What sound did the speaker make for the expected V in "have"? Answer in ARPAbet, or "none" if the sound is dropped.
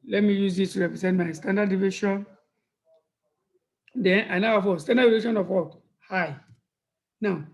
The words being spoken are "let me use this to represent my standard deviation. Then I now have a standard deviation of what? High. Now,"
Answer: F